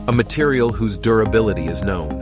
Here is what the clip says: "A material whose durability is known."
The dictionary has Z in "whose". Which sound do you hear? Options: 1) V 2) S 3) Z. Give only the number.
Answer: 3